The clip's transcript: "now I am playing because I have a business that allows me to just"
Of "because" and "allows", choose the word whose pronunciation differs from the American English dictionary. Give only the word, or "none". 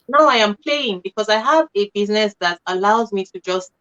none